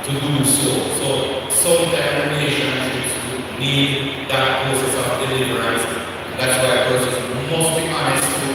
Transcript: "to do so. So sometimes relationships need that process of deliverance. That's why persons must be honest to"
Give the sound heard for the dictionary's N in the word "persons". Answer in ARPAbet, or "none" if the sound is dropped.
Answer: none